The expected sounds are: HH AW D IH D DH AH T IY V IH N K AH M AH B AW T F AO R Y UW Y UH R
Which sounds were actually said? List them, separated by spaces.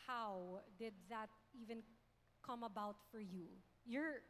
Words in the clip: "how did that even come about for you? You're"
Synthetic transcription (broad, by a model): HH AW D IH D DH AH T IY V IH N K AH M AH B AW T F AO R Y UW Y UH R